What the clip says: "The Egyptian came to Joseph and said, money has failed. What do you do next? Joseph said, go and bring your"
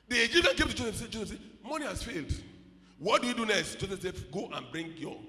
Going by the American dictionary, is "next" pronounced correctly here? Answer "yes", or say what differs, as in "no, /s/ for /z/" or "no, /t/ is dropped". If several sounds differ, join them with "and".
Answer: no, /k/ is dropped